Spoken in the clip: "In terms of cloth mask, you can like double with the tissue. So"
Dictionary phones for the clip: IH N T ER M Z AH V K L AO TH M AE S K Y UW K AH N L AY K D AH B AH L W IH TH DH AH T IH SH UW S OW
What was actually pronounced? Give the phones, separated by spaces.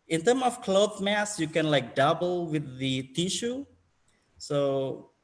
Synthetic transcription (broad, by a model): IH N T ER M AH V K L AO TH M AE S Y UW K AH N L AY K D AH B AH L W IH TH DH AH T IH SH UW S OW